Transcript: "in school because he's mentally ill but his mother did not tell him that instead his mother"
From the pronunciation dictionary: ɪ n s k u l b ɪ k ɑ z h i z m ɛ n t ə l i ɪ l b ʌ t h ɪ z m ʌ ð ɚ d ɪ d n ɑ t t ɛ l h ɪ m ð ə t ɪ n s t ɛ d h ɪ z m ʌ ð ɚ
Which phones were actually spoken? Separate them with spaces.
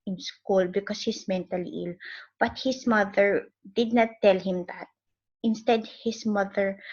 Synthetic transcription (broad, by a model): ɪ n s k u l b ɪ k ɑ s h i s m ɛ n t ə l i ɪ l b ʌ t h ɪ s m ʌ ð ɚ d ɪ d n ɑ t t ɛ l h ɪ m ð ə t ɪ n s t ɛ d h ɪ s m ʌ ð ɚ